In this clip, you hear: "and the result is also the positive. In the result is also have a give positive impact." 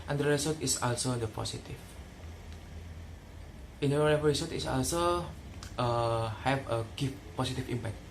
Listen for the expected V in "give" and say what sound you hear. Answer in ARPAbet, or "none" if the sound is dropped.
F